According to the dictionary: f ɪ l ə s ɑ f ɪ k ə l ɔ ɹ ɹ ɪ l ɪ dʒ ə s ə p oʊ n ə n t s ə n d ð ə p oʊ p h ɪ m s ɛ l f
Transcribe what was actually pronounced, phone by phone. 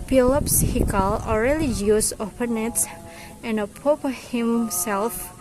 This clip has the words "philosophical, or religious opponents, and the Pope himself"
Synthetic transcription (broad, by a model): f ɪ l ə s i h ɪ k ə l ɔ l ɹ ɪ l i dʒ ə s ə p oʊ n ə t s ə n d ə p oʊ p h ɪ m s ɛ l f